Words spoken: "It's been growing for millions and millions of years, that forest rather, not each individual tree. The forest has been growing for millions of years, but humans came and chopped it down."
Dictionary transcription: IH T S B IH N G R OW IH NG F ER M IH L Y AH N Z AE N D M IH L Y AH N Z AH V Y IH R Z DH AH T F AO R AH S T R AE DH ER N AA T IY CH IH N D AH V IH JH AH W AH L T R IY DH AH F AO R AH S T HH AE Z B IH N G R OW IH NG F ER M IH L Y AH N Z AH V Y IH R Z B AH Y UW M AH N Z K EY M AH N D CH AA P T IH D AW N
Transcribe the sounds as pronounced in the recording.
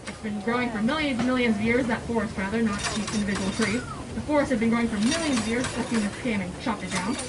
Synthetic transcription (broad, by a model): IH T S B IH N G R OW IH NG F ER M IH L Y AH N Z M IH L Y AH N Z AH V Y IH R Z DH AH T F AO R AH S T R AE DH ER N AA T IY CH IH N D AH V IH JH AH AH L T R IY DH AH F AO R AH S T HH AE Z B IH N G R OW IH NG F ER M IH L Y AH N Z AH V Y IH R Z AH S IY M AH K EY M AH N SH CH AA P IH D AW N